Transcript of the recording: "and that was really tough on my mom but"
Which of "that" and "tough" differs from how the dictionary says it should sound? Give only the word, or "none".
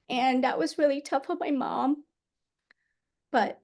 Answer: none